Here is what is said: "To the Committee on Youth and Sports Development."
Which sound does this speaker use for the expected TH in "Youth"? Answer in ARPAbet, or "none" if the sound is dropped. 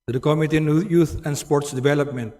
T